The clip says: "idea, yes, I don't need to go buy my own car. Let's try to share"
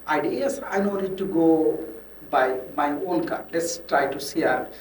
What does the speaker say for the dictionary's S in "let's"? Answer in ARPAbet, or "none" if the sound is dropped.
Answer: S